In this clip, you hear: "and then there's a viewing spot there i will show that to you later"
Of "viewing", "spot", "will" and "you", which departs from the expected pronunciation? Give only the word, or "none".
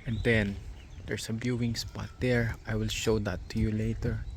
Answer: viewing